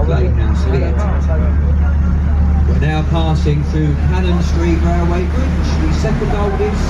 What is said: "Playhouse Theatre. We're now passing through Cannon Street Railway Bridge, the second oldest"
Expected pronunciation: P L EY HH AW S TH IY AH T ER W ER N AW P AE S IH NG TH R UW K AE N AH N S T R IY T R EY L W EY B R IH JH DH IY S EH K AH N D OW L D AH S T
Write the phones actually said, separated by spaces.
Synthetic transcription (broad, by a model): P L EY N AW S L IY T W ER N AW P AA S IH NG TH R UW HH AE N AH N S T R IY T R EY W EY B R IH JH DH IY S EH K AH N D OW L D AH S